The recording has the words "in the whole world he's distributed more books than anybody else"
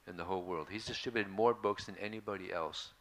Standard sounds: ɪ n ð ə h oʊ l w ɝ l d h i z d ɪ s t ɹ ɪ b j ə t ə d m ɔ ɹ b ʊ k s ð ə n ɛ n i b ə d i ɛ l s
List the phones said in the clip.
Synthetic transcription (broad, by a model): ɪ n ð ə h oʊ l w ɝ l d h i z d ɪ s t ɹ ɪ b j ə t ə d m ɔ ɹ b ʊ k s ð ə n ɛ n i b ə d i ɛ l s